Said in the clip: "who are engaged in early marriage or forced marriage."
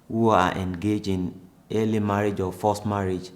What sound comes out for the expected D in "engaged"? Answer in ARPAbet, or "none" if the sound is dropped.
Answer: none